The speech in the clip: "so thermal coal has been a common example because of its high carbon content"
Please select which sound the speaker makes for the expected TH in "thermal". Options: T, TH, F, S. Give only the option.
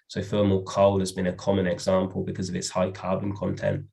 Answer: F